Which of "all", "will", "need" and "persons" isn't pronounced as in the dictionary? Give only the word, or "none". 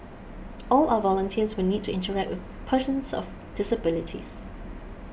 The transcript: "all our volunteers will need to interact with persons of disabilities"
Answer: persons